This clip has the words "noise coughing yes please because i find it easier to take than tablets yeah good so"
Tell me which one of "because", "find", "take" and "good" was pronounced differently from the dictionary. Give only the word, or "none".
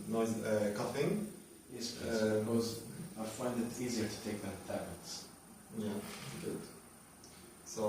because